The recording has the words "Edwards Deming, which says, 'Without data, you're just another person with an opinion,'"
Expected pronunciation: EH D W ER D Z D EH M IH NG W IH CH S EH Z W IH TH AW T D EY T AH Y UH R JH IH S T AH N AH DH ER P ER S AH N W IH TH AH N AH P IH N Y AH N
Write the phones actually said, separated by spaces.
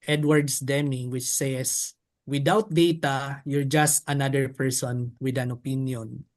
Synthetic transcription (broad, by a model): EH D W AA D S D EH M IH NG W IH CH S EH S W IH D AW T D EY T AH Y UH R JH IH S T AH N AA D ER P ER S AH N W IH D AH N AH P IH N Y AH N